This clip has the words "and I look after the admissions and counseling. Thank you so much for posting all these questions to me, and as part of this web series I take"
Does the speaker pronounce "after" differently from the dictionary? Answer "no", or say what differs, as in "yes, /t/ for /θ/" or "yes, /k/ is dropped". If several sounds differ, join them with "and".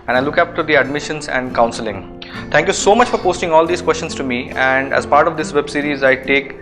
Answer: yes, /p/ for /f/